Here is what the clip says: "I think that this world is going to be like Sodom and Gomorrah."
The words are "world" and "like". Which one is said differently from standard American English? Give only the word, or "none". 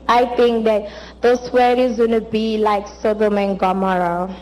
world